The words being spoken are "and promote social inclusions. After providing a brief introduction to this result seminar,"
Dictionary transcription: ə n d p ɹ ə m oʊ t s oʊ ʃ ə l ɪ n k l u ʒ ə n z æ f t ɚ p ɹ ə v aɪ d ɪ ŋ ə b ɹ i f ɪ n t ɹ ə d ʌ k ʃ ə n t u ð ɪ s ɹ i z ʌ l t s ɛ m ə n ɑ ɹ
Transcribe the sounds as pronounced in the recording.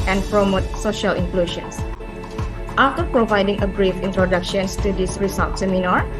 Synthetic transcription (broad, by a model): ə n p ɹ ə m oʊ t s oʊ ʃ ə l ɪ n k l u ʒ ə n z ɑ f t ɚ p ɹ ə v aɪ d ɪ ŋ ə b ɹ i f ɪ n t ɹ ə d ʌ k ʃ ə n t u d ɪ s ɹ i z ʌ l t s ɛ m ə n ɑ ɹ